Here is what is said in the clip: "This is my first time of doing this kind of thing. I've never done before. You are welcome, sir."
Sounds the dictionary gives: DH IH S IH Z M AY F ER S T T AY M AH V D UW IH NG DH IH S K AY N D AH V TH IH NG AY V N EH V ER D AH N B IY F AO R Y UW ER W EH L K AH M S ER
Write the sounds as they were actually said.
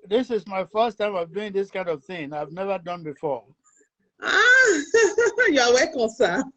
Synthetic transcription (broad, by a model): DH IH S IH Z M AY F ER S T T AY M AH V D UW IH NG DH IH S K AY N D AH V TH IH NG AY V N EH V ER D AH N B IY F AO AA Y UW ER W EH K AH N S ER